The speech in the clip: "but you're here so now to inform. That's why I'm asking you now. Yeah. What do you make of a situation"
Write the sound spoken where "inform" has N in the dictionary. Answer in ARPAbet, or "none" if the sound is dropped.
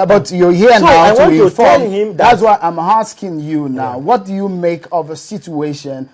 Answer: none